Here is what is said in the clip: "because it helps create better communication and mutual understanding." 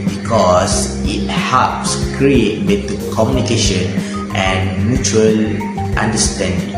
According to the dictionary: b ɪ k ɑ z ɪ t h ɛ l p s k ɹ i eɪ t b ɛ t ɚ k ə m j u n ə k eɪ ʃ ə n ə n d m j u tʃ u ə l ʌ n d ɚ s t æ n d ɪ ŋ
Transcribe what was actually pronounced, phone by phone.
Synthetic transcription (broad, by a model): b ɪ k ɑ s ɪ t h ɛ p s k ɹ i eɪ t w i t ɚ k ə m j u n ə k eɪ ʃ ə n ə n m j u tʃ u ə l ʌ n d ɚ s t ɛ n d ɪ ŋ